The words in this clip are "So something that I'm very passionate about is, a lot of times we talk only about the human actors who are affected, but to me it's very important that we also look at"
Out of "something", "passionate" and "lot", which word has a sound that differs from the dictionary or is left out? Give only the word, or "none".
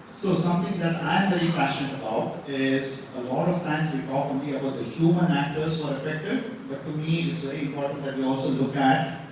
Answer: something